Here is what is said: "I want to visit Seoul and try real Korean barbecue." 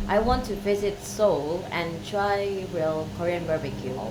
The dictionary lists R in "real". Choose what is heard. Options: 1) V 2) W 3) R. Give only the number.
2